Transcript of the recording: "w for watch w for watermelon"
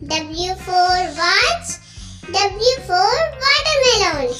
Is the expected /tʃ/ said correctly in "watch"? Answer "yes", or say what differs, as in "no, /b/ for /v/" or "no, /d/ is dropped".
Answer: no, /s/ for /tʃ/